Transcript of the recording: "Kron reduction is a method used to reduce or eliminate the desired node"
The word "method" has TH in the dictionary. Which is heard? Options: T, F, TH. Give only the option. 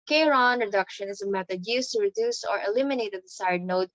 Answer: T